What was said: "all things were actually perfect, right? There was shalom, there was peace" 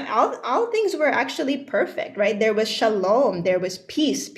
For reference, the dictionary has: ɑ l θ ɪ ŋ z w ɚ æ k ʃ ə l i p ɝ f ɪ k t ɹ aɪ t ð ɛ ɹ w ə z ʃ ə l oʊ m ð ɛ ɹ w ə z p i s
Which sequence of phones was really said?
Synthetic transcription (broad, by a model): ɑ l θ ɪ ŋ z w ɚ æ k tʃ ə l i p ɝ f ɪ k t ɹ aɪ t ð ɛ ɹ w ə z ʃ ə l oʊ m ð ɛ ɹ w ə z p i s